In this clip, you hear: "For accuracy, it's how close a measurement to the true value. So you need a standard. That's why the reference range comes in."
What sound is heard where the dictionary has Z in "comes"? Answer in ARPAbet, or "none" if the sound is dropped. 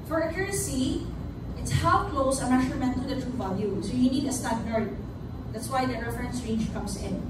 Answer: S